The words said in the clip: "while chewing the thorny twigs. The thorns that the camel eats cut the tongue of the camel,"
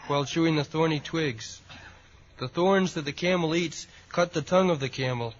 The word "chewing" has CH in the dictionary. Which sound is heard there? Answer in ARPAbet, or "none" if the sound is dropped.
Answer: SH